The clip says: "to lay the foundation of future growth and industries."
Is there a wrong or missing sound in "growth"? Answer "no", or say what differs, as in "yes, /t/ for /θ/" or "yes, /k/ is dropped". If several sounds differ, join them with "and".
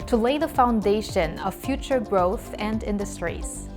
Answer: no